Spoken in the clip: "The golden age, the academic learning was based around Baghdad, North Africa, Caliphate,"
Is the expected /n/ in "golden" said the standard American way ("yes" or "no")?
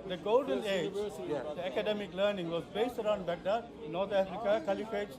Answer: yes